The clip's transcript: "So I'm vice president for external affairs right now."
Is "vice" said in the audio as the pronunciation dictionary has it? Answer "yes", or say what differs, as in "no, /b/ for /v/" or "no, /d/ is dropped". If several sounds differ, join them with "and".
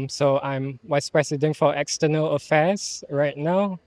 no, /w/ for /v/